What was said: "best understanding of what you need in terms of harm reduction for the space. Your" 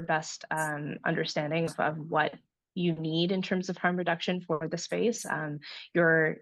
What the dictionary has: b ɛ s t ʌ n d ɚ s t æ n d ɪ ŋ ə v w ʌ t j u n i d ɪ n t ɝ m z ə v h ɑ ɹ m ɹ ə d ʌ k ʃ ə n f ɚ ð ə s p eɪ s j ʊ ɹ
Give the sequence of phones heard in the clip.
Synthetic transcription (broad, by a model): b ɛ s t ʌ n d ɚ s t æ n d ɪ ŋ ə v w ʌ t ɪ n i d ɪ n t ɝ m z ə v h ɑ ɹ m ɹ ə d ʌ k ʃ ə n f ɚ ð ə s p eɪ s j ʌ ɹ